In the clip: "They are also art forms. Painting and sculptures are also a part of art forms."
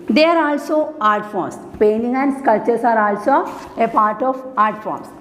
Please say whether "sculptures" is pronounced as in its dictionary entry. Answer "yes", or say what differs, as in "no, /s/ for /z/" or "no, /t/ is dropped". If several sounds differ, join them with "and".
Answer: no, /p/ is dropped